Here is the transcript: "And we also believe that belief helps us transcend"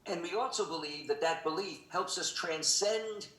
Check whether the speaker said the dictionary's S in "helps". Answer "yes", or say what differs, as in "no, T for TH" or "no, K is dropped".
yes